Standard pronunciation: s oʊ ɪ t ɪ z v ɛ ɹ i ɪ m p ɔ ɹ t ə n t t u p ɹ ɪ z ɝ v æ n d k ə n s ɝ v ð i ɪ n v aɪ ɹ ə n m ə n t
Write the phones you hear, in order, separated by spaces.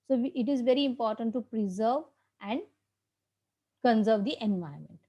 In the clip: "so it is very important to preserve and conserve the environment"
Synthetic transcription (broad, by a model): s oʊ ɪ t ɪ z v ɛ ɹ i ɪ m p ɔ ɹ t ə n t t u p ɹ ɪ z ɝ v æ n d k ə n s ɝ v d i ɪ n v aɪ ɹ m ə n t